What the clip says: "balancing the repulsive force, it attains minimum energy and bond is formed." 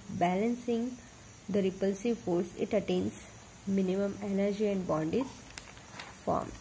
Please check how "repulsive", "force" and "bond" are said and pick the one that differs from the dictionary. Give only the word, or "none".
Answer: none